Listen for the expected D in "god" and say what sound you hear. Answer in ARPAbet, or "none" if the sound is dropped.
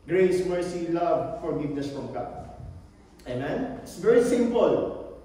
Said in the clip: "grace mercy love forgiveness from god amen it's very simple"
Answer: none